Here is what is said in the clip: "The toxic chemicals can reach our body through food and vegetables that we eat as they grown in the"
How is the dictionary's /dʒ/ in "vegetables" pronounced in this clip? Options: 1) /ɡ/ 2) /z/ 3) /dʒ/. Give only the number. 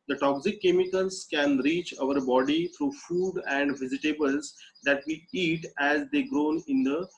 2